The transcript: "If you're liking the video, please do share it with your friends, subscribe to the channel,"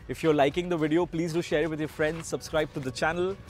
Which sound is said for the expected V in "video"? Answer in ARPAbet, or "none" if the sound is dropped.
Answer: V